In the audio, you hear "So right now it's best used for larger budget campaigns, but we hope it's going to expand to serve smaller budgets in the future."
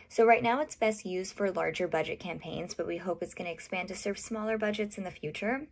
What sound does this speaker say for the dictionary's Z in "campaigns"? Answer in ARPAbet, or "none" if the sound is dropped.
Z